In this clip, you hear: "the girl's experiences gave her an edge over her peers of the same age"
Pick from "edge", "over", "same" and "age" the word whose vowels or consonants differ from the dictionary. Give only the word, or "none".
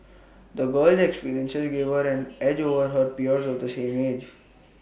none